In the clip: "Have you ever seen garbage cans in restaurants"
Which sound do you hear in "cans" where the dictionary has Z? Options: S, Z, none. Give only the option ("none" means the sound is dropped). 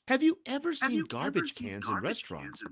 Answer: Z